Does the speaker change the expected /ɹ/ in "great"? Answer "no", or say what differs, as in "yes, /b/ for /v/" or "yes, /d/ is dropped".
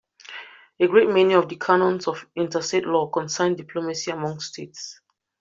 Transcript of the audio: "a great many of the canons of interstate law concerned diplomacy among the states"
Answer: no